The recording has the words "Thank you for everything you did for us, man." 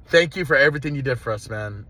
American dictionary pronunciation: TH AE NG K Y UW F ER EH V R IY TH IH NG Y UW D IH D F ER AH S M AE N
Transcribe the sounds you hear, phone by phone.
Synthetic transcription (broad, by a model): TH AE NG K Y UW F ER EH V R IY TH IH NG Y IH D IH D F ER AH S M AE N